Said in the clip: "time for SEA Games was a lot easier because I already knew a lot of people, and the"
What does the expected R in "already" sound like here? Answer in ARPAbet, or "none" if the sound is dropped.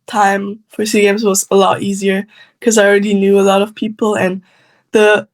R